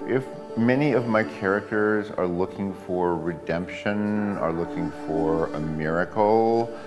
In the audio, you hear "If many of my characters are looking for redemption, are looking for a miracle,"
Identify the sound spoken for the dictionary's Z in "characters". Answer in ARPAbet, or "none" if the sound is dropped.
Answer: Z